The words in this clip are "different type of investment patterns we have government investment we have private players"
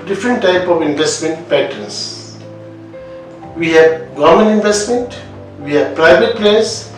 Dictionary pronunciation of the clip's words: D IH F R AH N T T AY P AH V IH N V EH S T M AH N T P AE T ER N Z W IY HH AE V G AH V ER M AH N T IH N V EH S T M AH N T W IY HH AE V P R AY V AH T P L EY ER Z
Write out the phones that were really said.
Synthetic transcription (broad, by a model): D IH F R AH N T T AY P AH V IH N V EH S T M AH N T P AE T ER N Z W IY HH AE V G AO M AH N IH N V EH S T M AH N T W IY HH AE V P R AY V AH T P L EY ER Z